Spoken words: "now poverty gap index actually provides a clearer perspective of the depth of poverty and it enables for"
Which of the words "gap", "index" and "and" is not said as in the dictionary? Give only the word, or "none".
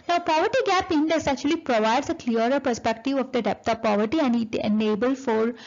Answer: index